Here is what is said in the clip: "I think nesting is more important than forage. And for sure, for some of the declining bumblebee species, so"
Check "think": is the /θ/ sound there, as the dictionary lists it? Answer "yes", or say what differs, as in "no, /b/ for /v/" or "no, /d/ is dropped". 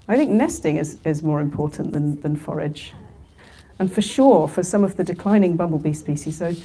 yes